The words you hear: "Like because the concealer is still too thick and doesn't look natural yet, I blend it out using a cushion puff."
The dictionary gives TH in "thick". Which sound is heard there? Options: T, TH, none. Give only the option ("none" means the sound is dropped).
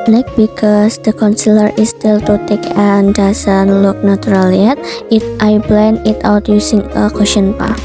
T